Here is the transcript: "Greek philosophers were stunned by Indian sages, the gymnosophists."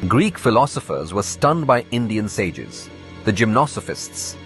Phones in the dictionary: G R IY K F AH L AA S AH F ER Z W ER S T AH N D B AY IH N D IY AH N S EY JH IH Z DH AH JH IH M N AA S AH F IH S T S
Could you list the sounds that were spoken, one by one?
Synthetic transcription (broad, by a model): G R IY K F AH L AA S AH F ER Z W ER S T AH N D B AY IH N D IY AH N S EY JH IH Z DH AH JH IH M N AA S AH F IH S T S